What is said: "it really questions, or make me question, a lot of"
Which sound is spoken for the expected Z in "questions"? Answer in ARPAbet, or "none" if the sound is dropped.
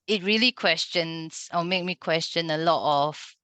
S